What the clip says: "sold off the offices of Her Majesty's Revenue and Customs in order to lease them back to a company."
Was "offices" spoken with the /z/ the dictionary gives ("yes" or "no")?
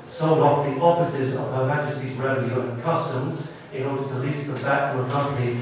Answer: yes